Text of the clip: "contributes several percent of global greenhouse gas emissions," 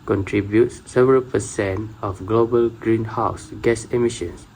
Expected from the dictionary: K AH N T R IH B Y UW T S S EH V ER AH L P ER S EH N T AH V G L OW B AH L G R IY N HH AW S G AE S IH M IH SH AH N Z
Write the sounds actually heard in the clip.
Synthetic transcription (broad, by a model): K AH N T R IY B Y UW T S S EH V ER AH L P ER S EH N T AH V G L OW B AH L G R IY N HH AW S G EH S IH M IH SH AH N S